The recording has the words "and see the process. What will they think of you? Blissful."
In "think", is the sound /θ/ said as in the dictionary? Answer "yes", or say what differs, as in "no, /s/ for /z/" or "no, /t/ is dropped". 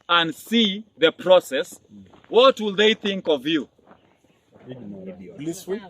yes